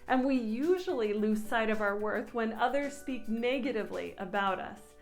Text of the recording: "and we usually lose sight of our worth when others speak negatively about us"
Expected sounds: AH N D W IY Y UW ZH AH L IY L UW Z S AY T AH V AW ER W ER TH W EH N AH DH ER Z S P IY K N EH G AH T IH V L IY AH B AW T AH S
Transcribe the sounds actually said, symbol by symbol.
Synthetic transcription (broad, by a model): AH N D W IY Y UW ZH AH L IY L UW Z S AY T AH V AW ER W ER TH W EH N AH DH ER Z S P IY K N EH G AH T IH V L IY AH B AW T AH S